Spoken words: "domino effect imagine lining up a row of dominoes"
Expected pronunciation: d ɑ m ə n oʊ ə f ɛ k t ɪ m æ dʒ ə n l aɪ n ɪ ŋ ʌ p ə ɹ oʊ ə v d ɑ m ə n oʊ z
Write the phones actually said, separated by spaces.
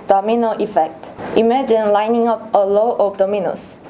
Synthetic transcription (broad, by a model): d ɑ m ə n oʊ ə f ɛ k t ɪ m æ dʒ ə n l aɪ n ɪ ŋ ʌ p ə l oʊ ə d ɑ m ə n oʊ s